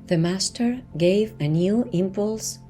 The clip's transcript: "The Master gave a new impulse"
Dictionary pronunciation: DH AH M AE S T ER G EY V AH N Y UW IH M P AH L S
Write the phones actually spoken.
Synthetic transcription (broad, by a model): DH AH M AE S T ER G EY V AH N Y UW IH M P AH L S